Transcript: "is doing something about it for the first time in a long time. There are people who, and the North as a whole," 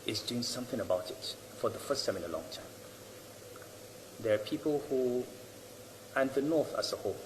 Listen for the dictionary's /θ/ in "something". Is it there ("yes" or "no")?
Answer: yes